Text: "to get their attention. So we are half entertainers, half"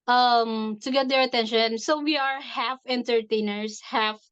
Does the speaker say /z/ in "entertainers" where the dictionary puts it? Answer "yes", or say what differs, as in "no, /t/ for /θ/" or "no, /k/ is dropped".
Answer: no, /s/ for /z/